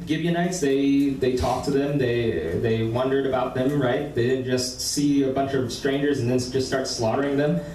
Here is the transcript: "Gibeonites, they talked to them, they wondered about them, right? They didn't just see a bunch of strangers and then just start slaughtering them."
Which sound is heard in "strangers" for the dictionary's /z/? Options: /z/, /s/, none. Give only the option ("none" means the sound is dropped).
/z/